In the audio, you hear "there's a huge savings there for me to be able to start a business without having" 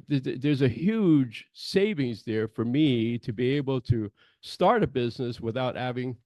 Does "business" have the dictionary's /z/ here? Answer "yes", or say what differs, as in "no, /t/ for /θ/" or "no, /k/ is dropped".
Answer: yes